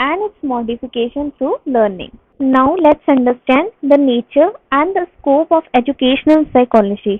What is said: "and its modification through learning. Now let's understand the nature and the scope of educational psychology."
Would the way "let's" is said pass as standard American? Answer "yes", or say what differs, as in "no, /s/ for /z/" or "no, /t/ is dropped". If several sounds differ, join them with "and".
yes